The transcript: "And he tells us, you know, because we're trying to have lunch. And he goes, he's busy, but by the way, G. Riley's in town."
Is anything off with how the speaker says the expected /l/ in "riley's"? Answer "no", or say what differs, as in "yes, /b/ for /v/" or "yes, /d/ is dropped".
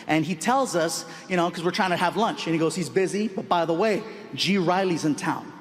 no